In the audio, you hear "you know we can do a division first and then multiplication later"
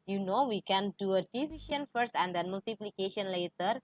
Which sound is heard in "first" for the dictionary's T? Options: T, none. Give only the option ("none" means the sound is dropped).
T